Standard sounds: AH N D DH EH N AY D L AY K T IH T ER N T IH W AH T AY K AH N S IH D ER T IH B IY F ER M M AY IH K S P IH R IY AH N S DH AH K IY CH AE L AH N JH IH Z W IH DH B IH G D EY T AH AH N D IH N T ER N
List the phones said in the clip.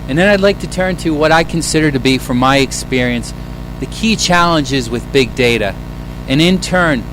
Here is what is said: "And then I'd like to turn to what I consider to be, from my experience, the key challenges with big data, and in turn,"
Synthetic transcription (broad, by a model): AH N DH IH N AY D L AY K T IH T ER N T IH W AH T AY K AH N S IH D ER T IH B IY F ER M M AY IH K S P IH R IY AH N S DH AH K IY CH AE L AH N JH IH Z W IH DH B IH G D EY T AH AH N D IH N T ER N